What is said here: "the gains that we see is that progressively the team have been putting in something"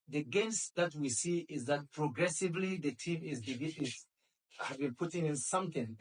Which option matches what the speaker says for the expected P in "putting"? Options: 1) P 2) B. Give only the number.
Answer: 1